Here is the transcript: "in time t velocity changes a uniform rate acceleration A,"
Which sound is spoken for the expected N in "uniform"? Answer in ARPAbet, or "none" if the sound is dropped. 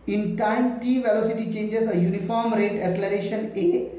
N